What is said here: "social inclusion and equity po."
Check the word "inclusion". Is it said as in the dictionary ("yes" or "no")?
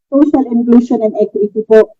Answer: no